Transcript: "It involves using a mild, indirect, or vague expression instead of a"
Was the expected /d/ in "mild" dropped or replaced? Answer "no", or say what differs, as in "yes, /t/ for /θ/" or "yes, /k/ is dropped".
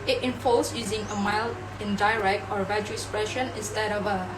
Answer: yes, /d/ is dropped